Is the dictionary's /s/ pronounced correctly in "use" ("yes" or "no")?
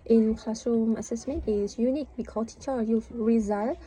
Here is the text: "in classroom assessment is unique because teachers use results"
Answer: no